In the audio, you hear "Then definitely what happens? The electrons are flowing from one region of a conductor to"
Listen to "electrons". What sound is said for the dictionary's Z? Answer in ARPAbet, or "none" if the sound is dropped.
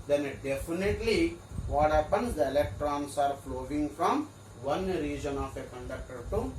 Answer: S